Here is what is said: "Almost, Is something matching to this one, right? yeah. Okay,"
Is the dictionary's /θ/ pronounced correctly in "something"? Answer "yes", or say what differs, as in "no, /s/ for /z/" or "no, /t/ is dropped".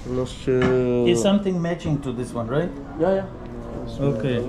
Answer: no, /t/ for /θ/